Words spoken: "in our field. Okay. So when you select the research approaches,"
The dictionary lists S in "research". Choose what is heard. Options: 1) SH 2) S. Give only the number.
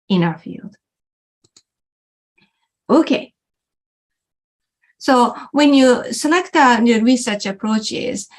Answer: 2